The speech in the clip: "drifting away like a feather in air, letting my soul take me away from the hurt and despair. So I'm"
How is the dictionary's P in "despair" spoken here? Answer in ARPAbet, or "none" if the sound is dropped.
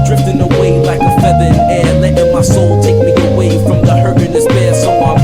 B